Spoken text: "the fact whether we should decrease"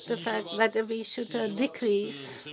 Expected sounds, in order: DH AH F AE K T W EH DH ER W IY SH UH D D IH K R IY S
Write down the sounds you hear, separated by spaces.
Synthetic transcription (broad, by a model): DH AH F AE K T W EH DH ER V IY SH UH D D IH K R IY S